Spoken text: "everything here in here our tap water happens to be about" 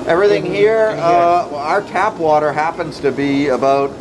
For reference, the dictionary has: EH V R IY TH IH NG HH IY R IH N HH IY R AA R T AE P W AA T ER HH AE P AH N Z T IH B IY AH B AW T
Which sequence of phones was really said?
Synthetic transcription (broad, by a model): EH V R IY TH IH NG HH IY R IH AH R R T AE P W AA T ER HH AE P AH N Z T IH B IY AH B AW T